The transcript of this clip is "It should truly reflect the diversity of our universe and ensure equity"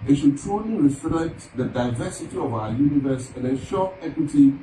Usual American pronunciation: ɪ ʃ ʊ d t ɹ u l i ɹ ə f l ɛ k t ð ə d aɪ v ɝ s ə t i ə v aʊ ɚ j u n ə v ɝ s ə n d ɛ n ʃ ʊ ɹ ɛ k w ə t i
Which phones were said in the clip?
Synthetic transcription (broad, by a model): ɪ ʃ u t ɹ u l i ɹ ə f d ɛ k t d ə d aɪ v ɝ s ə t i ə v aʊ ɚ j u n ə v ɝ s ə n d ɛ ʃ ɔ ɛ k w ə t i